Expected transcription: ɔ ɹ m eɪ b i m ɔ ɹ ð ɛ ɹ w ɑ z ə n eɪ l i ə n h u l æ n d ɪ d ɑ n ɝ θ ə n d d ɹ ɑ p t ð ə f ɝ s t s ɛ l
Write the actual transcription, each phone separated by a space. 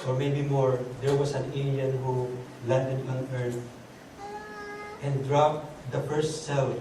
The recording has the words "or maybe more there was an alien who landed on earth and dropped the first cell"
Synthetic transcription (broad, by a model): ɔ ɹ m eɪ b i m ɔ ɹ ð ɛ ɹ w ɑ s ə n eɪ n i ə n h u l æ n d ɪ d ɑ n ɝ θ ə n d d ɹ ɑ p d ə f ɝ s t s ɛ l